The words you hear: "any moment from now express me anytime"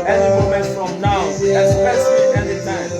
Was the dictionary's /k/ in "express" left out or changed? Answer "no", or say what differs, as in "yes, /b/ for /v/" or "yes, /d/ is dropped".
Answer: yes, /k/ is dropped